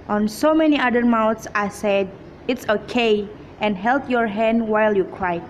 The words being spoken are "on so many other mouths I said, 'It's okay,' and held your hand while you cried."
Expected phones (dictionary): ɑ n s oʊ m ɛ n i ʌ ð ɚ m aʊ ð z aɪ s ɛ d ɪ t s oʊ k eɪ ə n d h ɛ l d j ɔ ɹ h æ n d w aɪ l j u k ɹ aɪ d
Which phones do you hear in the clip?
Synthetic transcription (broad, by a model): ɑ n s oʊ m ɛ n i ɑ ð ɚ m aʊ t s aɪ s ɛ d ɪ t s oʊ k eɪ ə n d h ɛ l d j ɔ ɹ h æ n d w aɪ l j u k ɹ aɪ